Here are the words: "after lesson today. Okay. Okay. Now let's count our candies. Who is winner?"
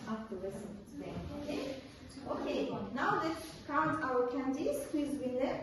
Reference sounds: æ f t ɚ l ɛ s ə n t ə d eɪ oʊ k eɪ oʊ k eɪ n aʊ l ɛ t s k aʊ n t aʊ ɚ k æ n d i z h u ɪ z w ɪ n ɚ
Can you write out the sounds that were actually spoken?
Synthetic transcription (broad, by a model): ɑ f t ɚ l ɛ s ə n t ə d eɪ oʊ k eɪ oʊ k eɪ n aʊ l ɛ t k aʊ n t aʊ ɚ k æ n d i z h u ɪ z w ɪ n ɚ